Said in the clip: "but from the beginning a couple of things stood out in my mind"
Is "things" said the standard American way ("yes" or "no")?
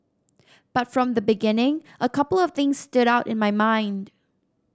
yes